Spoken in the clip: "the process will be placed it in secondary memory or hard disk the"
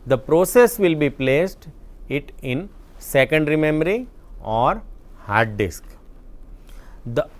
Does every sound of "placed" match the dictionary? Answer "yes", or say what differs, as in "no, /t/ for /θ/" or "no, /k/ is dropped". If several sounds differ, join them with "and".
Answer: yes